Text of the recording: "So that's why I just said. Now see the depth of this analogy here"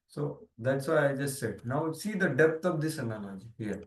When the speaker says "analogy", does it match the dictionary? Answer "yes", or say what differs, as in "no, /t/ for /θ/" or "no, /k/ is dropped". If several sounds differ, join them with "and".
no, /n/ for /l/